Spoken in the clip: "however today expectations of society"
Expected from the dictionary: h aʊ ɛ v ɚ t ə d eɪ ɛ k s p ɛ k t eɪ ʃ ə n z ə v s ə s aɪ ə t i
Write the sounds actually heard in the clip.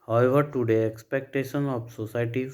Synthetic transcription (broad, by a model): h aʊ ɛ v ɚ t ə d eɪ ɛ k s p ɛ k t eɪ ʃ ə n ə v s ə s aɪ t i